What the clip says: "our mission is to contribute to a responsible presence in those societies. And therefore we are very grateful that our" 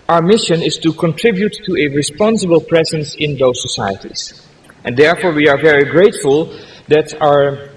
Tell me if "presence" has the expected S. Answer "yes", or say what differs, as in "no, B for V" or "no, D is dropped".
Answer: yes